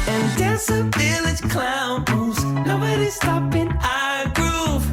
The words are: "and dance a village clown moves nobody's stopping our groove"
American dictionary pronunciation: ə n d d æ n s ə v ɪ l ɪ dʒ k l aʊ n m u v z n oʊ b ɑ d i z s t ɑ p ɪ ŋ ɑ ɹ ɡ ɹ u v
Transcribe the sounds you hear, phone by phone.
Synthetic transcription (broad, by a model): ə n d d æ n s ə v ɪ l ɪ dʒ k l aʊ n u z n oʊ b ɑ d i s t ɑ p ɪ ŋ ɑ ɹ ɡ ɹ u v